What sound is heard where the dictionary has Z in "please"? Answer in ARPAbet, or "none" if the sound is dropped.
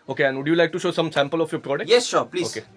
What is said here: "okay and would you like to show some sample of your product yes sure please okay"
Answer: none